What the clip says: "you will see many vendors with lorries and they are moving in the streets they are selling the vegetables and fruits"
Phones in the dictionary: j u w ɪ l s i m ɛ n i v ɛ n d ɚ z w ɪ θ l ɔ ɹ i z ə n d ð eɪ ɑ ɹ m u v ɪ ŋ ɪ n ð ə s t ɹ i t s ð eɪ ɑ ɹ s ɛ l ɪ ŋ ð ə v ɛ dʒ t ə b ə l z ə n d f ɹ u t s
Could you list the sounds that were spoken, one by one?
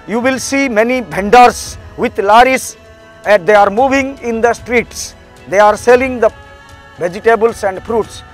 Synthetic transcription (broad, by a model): j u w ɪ l s i m ɛ n i b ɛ n d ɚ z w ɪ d l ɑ ɹ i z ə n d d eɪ ɑ ɹ m u v ɪ ŋ ɪ n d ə s t ɹ i t s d eɪ ɑ ɹ s ɛ l ɪ ŋ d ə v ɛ dʒ t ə b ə l s ə n d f ɹ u t s